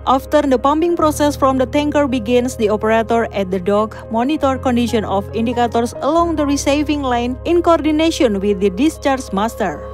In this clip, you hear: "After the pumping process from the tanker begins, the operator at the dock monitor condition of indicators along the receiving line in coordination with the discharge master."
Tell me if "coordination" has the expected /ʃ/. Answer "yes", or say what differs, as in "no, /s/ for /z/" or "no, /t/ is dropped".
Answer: no, /ʃ/ is dropped